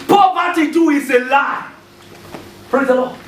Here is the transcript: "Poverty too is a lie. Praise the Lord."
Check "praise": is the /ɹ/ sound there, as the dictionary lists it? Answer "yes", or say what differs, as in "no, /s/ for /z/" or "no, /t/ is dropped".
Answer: yes